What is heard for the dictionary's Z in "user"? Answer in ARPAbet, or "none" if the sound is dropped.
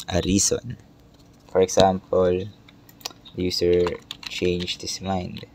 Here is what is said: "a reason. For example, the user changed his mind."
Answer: S